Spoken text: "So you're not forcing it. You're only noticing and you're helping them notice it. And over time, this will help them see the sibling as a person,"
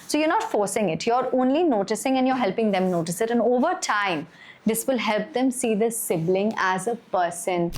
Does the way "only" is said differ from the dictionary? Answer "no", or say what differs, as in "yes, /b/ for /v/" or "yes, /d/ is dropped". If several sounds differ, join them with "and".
no